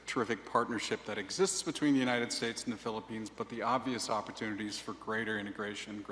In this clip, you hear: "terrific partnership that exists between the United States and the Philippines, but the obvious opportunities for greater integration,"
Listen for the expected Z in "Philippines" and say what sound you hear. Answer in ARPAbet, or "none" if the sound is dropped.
Z